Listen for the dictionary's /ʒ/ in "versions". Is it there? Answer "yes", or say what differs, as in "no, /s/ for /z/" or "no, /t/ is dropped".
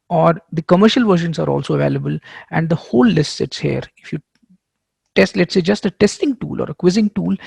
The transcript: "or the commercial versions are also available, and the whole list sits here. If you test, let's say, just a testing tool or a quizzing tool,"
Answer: no, /ʃ/ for /ʒ/